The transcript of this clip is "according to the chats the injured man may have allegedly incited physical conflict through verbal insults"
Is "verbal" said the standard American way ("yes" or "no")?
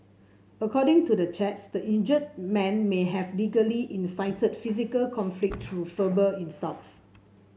no